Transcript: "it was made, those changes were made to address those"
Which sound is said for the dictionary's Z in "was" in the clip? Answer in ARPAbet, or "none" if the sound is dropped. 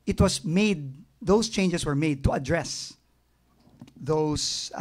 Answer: S